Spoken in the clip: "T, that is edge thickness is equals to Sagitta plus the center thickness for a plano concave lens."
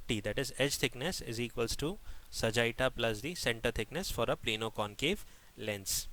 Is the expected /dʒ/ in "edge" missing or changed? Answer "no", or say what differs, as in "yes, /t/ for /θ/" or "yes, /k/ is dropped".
no